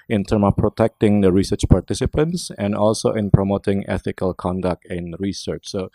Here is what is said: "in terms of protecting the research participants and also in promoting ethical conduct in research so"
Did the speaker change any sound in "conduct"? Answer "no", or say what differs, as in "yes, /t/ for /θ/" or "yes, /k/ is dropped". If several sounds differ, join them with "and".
no